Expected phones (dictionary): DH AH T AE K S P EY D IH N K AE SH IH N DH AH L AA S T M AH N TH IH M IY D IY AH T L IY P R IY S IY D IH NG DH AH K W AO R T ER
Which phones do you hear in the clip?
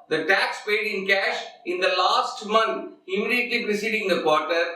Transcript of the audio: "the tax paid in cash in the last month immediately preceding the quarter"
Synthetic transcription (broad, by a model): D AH T AE K S P EY D IH N K AE SH IH N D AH L AA S T M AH N T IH M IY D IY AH T L IY P R IY S IY D IH NG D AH K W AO R T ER